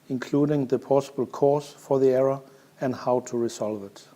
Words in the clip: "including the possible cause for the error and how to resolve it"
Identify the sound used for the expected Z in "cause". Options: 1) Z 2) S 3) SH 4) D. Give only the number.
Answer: 2